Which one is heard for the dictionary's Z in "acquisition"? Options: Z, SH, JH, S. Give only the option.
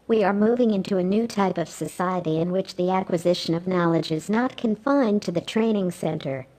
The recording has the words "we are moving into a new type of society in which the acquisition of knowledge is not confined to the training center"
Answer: Z